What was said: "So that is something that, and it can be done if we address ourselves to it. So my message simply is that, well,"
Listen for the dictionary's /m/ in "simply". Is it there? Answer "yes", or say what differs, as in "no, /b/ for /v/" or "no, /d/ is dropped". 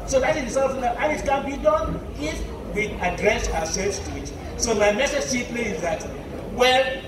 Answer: no, /m/ is dropped